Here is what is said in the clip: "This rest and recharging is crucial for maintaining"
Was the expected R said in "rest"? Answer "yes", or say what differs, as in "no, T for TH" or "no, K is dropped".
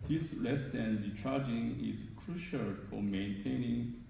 no, L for R